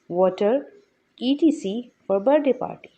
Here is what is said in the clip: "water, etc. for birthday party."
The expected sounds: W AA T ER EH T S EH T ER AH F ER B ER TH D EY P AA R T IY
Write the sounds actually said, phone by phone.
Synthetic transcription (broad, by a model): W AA T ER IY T IY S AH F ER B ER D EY P AA R T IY